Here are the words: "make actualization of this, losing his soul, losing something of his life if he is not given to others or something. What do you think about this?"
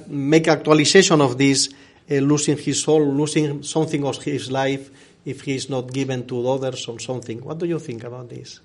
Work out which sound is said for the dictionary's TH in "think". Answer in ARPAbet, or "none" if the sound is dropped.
TH